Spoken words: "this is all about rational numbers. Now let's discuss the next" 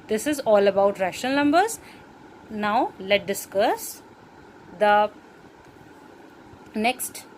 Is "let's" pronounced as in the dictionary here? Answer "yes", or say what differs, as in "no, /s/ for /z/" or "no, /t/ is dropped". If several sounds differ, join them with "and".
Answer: no, /s/ is dropped